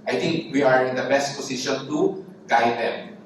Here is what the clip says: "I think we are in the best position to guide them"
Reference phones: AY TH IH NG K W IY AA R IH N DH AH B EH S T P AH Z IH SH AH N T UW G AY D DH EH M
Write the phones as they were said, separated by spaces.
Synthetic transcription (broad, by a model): AY T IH NG K W IY AA R IH N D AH B EH S T P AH S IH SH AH N T UW G AY D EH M